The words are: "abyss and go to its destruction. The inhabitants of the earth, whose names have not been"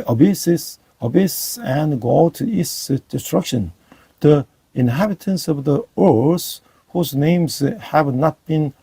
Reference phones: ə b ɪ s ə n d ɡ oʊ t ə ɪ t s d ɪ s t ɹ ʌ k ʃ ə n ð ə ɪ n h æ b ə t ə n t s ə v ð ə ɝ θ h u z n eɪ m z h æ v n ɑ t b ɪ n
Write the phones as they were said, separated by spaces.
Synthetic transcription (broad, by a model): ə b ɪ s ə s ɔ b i s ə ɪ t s d ɪ s t ɹ ʌ k ʃ ə n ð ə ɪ n h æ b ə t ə n s ə v ð ə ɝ s h u z n eɪ m z h æ v n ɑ t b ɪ n